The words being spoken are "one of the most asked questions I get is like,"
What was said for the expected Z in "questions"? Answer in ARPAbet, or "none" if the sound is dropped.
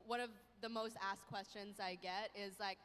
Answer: Z